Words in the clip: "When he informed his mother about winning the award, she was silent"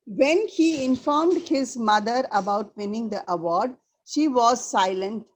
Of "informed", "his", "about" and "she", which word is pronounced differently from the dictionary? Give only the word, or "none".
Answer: none